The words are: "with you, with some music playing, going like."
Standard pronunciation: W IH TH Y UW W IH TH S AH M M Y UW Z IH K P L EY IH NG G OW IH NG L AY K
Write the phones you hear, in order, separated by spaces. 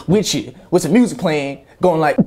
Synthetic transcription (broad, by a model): W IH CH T W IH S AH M M Y UW Z IH K P L EY IH NG G OW IH NG L AY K